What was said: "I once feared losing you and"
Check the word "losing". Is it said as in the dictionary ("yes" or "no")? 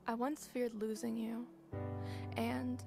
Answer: yes